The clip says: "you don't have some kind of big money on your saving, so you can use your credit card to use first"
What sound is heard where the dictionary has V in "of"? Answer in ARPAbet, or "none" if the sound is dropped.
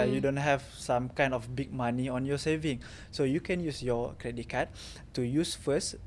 F